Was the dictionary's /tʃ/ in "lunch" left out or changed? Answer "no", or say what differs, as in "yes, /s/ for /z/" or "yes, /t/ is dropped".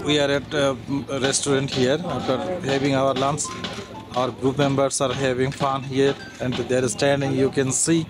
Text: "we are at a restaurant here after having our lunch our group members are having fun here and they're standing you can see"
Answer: yes, /s/ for /tʃ/